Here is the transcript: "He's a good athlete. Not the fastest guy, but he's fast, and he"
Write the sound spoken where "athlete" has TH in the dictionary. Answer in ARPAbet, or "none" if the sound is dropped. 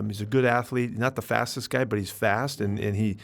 TH